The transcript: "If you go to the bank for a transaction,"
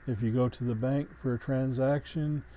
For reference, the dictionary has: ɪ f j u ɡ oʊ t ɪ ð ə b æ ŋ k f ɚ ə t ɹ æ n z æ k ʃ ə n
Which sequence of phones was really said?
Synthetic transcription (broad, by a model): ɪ f j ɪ ɡ oʊ t ɪ ð ə b æ ŋ k f ɚ ə t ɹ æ n z æ k ʃ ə n